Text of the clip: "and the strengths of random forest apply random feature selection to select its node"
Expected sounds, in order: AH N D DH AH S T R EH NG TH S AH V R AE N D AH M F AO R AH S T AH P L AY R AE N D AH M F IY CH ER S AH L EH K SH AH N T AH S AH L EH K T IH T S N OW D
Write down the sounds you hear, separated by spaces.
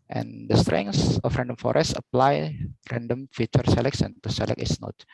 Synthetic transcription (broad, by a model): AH N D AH S T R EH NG S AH F R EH N D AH M F AO R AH S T AH P L AY R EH N D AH M F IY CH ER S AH L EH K S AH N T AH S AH L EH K IH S N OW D